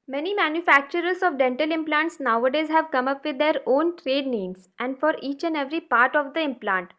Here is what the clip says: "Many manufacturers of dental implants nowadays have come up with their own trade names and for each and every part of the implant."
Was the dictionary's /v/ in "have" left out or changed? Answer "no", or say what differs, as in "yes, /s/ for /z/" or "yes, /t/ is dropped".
no